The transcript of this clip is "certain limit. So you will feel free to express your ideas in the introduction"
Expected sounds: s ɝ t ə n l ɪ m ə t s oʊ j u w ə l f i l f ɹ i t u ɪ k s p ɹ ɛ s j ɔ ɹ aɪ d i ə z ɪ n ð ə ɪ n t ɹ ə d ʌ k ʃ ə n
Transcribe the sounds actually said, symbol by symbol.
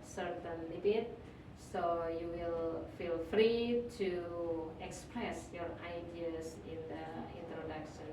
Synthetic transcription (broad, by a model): s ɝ t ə n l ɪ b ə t s oʊ j u w ə l f i l f ɹ i t u ɪ k s p ɹ ɛ s j ɔ ɹ aɪ d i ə s ɪ n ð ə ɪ n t ɹ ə d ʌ k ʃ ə n